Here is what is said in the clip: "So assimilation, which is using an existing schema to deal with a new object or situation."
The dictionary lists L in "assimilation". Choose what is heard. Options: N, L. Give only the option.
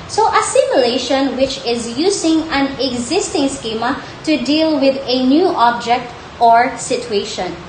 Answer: L